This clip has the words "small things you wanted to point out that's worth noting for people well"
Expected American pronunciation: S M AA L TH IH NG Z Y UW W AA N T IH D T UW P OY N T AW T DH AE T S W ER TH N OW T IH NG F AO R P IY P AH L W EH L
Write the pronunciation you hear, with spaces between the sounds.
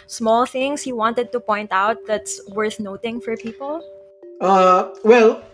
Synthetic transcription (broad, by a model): S M AA L TH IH NG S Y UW W AA N T IH D T UW P OY N T AW T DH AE T S W ER TH N OW T IH NG F AO R P IY P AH L W EH L